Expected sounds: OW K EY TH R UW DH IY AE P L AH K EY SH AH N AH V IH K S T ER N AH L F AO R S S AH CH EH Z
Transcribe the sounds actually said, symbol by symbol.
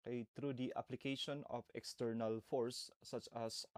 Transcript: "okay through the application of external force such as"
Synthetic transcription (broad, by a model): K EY T R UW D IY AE P L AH K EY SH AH N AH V IH K S T ER N AH L F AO R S S AH CH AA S